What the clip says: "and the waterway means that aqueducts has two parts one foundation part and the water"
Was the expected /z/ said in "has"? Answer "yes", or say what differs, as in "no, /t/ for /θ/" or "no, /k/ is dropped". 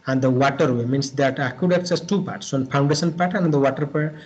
no, /s/ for /z/